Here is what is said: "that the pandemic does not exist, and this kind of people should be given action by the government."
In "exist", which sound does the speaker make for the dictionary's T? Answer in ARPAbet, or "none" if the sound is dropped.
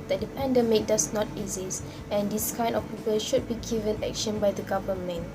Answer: none